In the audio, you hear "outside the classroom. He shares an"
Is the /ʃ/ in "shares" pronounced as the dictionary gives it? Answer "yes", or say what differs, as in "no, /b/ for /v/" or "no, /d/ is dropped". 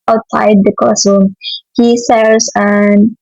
no, /s/ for /ʃ/